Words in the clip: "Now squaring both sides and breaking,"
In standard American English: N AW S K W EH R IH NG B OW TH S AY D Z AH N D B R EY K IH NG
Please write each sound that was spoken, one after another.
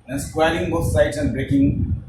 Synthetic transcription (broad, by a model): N S K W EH L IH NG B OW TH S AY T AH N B R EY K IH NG